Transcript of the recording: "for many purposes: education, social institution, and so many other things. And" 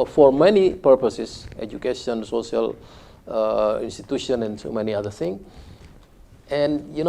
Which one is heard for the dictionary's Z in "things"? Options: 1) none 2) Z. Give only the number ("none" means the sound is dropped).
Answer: 1